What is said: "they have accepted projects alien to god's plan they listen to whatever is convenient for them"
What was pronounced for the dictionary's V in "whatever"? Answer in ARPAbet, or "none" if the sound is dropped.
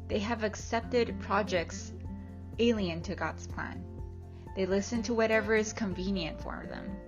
V